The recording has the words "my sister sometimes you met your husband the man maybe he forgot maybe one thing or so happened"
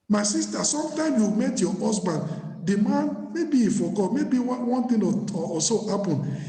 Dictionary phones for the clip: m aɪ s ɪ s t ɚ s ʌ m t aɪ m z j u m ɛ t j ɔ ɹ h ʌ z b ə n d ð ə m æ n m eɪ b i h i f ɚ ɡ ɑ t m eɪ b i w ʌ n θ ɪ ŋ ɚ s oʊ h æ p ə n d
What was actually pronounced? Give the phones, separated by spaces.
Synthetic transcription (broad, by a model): m aɪ s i s t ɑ s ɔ m t aɪ m j u m ɛ t j ɔ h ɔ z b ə n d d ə m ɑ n m eɪ b i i f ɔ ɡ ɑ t m eɪ b i w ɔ n t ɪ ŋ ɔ s oʊ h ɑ p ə n